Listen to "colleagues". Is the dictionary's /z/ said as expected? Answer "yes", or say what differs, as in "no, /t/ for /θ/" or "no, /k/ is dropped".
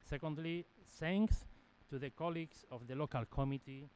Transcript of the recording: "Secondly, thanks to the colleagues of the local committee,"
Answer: no, /s/ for /z/